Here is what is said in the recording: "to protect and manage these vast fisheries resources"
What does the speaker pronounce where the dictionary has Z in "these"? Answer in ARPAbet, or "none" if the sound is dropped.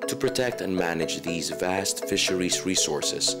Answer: Z